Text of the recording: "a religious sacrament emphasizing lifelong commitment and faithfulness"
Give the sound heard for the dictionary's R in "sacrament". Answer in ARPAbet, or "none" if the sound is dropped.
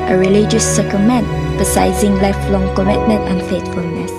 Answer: none